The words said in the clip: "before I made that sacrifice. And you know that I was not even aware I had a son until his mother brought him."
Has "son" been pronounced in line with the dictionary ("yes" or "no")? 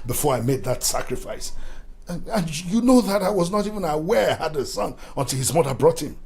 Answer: yes